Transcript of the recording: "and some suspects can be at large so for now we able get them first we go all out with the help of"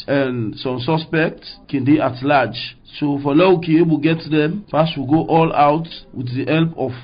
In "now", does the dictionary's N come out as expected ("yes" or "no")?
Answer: no